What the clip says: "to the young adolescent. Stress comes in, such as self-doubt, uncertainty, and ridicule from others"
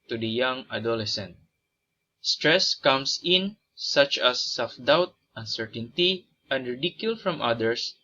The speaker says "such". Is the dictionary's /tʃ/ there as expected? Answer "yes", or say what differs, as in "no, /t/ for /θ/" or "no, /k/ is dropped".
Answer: yes